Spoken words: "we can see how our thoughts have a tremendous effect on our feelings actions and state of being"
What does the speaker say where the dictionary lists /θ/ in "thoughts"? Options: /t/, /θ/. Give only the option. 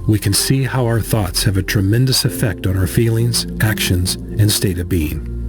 /θ/